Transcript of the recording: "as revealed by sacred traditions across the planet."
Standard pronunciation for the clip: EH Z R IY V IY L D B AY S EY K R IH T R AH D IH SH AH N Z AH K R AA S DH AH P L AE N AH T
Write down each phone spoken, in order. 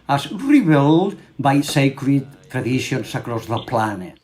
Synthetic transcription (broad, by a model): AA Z R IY B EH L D B AY S EY K R IH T R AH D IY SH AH N S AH K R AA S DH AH P L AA N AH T